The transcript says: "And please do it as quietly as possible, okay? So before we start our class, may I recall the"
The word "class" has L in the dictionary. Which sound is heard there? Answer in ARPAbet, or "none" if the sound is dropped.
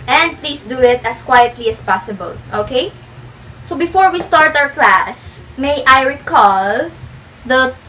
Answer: L